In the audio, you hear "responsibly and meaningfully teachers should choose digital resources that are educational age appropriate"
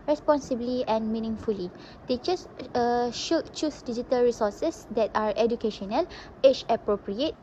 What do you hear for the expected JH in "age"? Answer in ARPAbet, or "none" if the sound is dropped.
CH